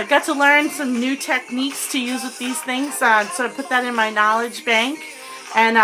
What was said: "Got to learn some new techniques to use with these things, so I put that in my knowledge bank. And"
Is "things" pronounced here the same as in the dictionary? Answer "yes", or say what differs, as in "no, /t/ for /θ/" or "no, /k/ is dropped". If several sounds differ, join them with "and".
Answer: yes